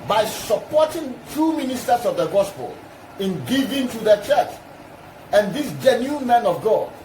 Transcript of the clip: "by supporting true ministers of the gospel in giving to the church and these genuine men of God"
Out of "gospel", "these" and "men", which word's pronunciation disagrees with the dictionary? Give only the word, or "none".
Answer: these